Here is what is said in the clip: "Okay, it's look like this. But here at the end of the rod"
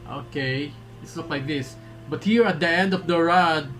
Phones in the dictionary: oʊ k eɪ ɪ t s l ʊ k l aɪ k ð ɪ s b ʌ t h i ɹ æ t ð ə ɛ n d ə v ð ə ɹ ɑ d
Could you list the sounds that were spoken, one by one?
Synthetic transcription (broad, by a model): oʊ k eɪ ɪ t s n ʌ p l aɪ k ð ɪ s b ʌ t h i ɹ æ t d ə ɛ n d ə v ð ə ɹ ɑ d